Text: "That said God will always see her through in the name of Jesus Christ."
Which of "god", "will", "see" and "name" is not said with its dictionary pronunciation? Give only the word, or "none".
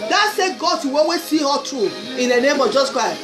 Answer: will